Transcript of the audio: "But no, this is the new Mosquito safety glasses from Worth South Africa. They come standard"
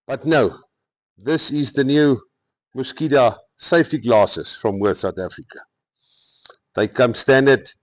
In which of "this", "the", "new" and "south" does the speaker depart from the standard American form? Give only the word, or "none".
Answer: south